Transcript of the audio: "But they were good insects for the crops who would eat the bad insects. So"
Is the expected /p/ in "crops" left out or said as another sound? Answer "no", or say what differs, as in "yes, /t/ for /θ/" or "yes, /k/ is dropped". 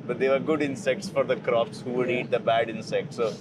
yes, /f/ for /p/